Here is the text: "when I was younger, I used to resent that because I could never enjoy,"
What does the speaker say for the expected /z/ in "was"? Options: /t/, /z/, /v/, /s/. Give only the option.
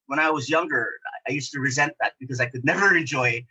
/z/